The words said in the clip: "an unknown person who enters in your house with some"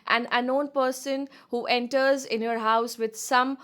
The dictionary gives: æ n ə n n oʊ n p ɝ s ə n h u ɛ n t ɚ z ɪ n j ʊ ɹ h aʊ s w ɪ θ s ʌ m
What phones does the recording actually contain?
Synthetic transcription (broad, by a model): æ n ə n n oʊ n p ɝ s ə n h u ɛ n t ɚ z ɪ n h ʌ ɹ h aʊ s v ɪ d s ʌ m